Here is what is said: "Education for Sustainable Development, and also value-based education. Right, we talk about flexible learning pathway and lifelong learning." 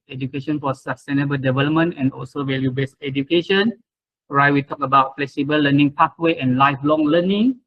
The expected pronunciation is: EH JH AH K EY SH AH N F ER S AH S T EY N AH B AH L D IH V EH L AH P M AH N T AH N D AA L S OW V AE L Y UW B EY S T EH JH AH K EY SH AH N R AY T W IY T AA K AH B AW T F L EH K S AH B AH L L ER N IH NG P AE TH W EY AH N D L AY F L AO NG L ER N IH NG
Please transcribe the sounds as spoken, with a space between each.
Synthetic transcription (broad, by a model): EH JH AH K EY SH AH N F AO S AH S T EY N AH B AH L D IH V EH L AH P M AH N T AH N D AA L S OW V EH L Y UW B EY S EH JH AH K EY SH AH N R AY T W IY T AA K AH B AW T F L EH K S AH B AH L L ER N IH NG P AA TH W EY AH N L AY F L AO NG L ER N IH NG